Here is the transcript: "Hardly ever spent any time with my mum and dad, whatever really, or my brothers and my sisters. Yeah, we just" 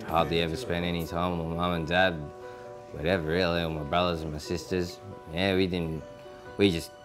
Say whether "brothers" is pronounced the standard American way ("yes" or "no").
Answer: yes